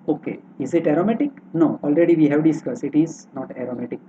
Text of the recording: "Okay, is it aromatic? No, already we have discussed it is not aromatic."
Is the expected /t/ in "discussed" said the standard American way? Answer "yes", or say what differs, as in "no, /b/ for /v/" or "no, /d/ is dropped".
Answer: no, /t/ is dropped